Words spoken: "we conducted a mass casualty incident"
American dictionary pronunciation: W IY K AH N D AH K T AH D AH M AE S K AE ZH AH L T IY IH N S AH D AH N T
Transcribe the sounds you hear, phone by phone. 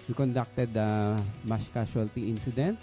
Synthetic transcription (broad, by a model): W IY K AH N D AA K T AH D AH M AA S K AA S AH L T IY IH N S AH D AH N T